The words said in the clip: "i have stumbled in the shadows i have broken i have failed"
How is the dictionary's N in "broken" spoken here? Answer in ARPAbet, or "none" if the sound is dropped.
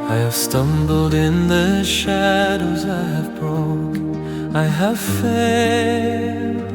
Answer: none